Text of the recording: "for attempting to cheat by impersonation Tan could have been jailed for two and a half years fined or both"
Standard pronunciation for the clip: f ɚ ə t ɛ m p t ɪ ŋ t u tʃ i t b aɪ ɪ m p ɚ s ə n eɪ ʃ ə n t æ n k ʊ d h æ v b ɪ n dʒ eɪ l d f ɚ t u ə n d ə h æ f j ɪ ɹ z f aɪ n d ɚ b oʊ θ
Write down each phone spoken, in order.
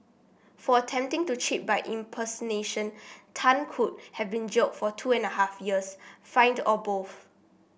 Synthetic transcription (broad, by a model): f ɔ ə t ɛ m p t ɪ ŋ t u tʃ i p b aɪ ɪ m p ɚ s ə n eɪ ʃ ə n t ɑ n k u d h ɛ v b ɪ n dʒ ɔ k f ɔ t u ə n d ə h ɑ f j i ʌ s f aɪ n d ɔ b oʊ f